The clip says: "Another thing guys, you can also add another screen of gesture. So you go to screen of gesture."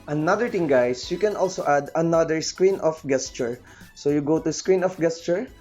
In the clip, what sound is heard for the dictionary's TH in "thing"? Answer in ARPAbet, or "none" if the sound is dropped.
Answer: T